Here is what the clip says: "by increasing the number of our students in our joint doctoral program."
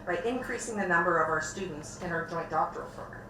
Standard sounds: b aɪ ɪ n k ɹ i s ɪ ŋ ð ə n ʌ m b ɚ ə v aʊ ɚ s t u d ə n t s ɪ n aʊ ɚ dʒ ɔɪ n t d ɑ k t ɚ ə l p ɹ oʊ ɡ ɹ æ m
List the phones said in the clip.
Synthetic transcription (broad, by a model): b aɪ ɪ n k ɹ i s ɪ ŋ ð ə n ʌ m b ɚ ə v aʊ ɚ s t u d n t s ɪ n aʊ ɚ dʒ ɔɪ n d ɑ k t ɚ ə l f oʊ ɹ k